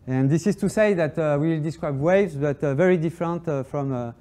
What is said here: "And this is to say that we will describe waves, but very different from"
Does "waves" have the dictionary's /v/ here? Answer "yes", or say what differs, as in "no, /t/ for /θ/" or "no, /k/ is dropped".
yes